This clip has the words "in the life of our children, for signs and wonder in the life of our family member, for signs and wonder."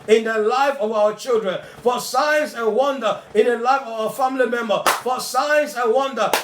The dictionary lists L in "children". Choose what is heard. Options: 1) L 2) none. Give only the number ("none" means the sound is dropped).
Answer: 1